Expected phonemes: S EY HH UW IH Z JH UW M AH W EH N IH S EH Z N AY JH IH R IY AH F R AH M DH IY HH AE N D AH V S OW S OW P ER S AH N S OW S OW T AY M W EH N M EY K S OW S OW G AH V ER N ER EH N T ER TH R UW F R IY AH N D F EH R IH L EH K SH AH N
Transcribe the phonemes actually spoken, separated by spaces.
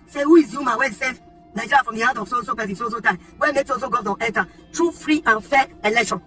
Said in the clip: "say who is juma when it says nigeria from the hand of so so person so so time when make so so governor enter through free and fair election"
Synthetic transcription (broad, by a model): S EY HH UW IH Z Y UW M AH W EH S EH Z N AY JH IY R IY F R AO M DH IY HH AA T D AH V S OW S OW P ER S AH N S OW S OW T AY M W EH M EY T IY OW S OW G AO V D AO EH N T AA T R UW F R IY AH N F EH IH L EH K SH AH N